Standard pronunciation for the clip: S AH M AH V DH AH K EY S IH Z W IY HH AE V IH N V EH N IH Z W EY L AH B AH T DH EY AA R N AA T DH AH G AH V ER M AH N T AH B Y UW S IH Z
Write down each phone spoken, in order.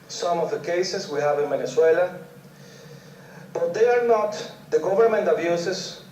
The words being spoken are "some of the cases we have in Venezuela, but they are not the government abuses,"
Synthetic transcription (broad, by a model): S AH M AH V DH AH K EY S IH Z W IY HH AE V IH N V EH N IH S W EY L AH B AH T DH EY AA R N AA T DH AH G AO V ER M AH N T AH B Y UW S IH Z